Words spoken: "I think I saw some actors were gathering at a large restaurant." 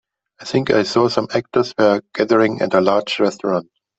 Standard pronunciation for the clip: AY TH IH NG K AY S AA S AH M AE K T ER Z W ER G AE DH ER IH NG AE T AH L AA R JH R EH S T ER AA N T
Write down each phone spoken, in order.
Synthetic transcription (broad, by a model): AY TH IH NG K AY S AA S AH M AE K T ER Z W ER G AE DH ER IH NG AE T AH L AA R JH R EH S T ER AA N T